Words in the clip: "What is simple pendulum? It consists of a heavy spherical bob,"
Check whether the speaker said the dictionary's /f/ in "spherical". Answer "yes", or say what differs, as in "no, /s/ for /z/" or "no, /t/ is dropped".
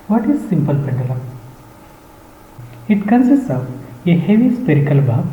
no, /p/ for /f/